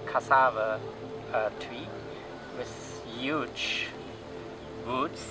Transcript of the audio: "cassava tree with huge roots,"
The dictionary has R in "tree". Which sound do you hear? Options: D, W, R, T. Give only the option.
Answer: W